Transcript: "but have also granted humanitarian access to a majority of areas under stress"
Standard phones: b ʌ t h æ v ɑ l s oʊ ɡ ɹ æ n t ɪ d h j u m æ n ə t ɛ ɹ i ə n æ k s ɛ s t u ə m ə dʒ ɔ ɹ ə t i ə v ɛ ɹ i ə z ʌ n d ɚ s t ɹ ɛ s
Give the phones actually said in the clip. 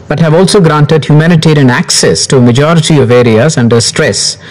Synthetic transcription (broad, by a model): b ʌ t h æ v ɑ l s oʊ ɡ ɹ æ n t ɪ d h j u m æ n ə t ɛ ɹ i ə n æ k s ɛ s t u ə m ə dʒ ɔ ɹ ə t i ə v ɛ ɹ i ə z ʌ n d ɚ s t ɹ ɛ s